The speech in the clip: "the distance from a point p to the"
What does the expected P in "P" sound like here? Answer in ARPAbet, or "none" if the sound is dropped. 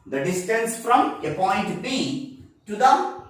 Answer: B